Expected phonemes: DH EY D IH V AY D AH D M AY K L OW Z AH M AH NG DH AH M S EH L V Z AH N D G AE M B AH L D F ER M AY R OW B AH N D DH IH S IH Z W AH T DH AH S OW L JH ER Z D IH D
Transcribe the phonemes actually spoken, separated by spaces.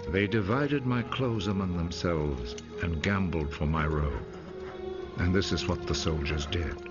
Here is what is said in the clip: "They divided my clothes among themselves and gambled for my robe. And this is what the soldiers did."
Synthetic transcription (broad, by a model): DH EY D IH V AY D AH D M AY K L OW Z AH M AH NG DH AH M S EH L V Z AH N G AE M B L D F ER M AY R OW AH N DH IH S IH Z W AH T DH AH S OW L JH ER Z D IH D